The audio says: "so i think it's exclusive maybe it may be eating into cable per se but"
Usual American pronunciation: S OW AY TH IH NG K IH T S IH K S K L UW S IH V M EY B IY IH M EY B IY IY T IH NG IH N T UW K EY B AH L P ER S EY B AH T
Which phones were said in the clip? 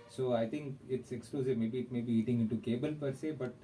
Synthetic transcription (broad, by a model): S OW AY T IH NG K IH T S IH K S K L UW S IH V M EY B IY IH M EY B IY IY T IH NG IH N T UW K EY B AH L P ER S EY B AH T